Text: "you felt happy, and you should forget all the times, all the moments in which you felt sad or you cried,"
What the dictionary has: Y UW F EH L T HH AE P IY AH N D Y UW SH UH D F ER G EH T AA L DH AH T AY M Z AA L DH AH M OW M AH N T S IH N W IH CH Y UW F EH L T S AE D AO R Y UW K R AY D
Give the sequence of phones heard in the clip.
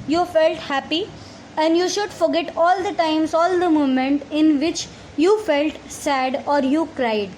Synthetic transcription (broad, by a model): Y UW F EH L T HH AE P IY AH N D Y UW SH UH D F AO G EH T AA L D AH T AY M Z AA L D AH M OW M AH N T IH N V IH CH Y UW F EH L T S AE D AO R Y UW K R AY D